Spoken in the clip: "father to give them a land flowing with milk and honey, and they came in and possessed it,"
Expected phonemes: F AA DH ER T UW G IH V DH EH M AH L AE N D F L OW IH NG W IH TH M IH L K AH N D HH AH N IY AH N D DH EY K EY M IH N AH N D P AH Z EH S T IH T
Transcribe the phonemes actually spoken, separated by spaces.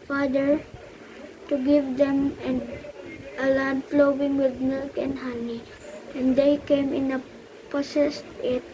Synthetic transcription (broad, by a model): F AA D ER T UW G IH V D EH M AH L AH L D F L OW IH NG W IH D M IH L K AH N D HH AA N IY AH N D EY K EY M IH N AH P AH S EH S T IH T